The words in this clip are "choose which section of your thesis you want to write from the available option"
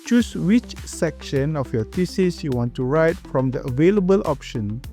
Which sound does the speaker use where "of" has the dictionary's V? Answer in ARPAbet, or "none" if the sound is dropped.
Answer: F